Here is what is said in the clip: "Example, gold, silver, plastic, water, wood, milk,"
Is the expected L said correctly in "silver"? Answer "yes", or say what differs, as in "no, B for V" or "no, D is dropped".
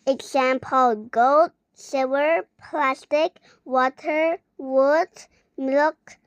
no, L is dropped